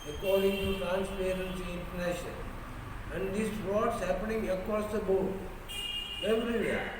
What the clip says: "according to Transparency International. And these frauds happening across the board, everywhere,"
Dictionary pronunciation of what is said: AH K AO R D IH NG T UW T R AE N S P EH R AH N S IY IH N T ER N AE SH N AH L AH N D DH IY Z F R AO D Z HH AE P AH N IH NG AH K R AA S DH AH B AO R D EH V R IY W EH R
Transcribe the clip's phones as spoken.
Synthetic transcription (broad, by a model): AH K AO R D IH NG T UW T R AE N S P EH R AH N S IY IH N T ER N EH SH AH N AH N D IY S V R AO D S HH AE P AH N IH NG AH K AA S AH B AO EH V R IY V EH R